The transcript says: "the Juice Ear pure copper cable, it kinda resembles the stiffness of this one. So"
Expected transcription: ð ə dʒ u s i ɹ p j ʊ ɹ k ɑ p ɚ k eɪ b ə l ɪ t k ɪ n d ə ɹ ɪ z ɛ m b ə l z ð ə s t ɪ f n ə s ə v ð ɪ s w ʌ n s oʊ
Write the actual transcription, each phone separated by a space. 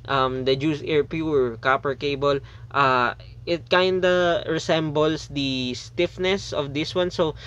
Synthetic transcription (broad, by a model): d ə dʒ u s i ɹ p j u ɹ k ɑ p ɚ k eɪ b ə l ɪ t k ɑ n d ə ɹ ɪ s ɛ m b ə l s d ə s t ɪ f n ə s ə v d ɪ s w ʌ n s oʊ